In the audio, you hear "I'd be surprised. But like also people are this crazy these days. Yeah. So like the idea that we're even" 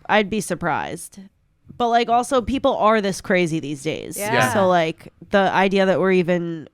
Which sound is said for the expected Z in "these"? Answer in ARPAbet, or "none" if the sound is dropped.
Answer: Z